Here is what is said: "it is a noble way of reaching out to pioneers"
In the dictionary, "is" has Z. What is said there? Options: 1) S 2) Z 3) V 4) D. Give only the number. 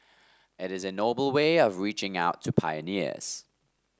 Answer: 2